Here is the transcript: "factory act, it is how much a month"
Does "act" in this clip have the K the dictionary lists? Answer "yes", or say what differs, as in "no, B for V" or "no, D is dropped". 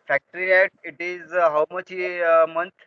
no, K is dropped